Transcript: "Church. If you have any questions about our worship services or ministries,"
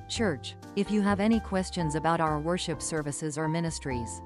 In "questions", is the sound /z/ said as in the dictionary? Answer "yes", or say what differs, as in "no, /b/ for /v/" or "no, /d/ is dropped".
yes